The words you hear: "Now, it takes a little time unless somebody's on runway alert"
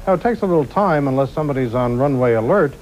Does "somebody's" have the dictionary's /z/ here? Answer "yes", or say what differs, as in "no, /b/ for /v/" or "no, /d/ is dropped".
yes